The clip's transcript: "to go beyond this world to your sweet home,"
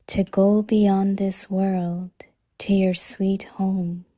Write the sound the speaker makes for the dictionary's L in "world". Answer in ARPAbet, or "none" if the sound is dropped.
L